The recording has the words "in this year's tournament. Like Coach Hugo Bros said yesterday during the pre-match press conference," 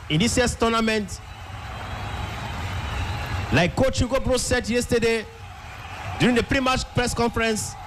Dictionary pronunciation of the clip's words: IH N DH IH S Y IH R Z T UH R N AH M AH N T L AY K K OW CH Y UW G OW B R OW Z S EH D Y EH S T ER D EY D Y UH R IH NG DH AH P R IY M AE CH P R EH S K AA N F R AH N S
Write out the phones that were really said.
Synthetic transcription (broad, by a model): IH N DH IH S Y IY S T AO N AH M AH N T L AY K K OW CH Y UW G OW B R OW S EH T Y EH S T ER D EY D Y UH R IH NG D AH P R IY M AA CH P R EH S K AA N F R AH N S